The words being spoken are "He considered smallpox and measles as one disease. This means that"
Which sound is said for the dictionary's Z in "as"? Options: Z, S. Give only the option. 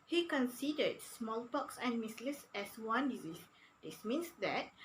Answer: S